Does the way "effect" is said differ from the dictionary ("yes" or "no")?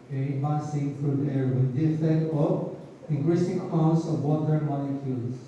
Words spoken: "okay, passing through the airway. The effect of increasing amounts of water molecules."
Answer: yes